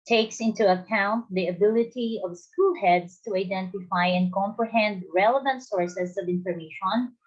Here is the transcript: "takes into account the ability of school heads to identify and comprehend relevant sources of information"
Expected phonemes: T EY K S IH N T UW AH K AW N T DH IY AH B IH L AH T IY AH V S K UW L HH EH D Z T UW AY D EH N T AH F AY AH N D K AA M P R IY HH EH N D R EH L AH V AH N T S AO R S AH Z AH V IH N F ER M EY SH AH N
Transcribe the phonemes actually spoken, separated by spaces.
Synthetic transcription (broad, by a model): T EY K S IH N T UW AH K AW N T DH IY AH B IH L AH T IY AH V S K UW L HH EH D S T UW AY D EH N T AH F AY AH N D K AA M P R IY HH EH N D R EH L AH V AH N T S AO R S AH S AH V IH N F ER M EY SH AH N